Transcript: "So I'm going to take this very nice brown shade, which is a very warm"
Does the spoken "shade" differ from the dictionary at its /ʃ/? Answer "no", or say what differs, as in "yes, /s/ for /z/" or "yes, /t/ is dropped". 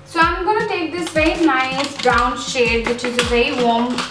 no